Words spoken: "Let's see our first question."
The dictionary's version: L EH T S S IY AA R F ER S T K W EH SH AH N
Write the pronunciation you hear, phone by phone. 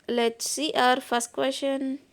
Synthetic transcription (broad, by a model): L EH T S S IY AA R F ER S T K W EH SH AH N